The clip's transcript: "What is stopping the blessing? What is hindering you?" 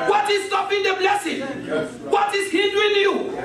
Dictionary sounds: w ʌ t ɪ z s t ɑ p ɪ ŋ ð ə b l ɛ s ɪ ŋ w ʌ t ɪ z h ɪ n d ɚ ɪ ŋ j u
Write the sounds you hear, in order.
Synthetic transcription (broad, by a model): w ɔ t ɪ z s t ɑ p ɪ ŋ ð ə b l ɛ s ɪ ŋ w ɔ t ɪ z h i d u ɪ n j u